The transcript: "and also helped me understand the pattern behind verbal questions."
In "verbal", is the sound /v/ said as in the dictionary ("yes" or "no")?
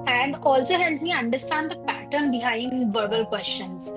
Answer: yes